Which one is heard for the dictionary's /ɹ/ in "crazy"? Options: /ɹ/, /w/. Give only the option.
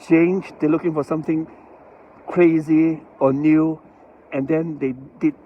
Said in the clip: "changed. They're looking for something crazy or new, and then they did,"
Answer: /ɹ/